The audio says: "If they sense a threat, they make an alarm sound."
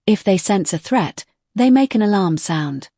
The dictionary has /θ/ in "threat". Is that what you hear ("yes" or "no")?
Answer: yes